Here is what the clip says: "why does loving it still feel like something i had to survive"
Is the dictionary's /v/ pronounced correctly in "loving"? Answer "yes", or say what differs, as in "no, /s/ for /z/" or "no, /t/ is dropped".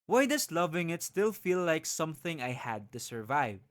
yes